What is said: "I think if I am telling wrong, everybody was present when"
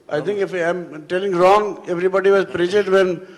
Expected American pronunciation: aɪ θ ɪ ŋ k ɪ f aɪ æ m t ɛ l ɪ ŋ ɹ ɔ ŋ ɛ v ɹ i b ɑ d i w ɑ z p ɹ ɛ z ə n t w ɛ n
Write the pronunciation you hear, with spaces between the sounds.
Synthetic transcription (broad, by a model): aɪ t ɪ ŋ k ɪ f aɪ m t ɛ l ɪ ŋ ɹ ɔ ŋ ɛ v ɹ i b ɑ d i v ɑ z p ɹ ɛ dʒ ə t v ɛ n